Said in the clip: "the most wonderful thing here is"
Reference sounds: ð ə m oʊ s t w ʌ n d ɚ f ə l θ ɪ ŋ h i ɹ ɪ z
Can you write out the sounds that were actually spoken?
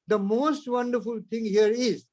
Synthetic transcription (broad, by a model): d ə m oʊ s t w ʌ n d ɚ f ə l t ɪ ŋ h i ɹ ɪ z